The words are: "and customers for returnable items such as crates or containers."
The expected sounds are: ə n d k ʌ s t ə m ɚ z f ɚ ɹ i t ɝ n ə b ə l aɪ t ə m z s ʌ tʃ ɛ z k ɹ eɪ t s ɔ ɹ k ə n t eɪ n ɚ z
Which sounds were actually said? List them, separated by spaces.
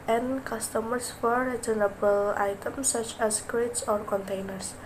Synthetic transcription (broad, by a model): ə n k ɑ s t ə m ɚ s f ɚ ɹ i s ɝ n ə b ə l aɪ t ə m s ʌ tʃ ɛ s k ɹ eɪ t s ɔ ɹ k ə n t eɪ n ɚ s